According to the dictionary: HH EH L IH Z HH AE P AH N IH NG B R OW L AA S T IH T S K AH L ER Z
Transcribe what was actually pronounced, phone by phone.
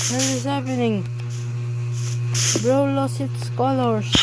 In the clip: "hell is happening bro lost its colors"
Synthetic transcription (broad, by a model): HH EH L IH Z HH AE P AH N IH NG B R OW L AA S IH T S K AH L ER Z